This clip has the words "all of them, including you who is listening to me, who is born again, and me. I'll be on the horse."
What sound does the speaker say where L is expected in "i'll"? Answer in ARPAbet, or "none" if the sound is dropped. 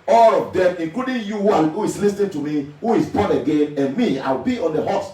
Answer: W